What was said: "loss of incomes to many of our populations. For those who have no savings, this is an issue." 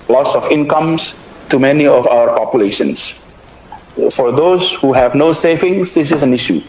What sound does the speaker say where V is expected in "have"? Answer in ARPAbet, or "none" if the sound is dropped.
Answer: V